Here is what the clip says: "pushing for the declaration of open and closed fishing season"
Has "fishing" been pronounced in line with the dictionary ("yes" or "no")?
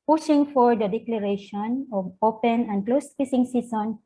no